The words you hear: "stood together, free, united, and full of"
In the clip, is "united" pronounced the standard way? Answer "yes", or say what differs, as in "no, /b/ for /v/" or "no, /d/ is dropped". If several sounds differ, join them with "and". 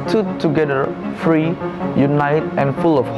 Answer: yes